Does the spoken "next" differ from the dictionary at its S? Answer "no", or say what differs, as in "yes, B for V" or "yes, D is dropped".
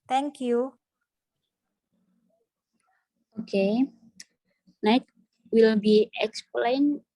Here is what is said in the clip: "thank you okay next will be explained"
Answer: yes, S is dropped